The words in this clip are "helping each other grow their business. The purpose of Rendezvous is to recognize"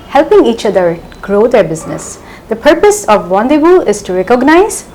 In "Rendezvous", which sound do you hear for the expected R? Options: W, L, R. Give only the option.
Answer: W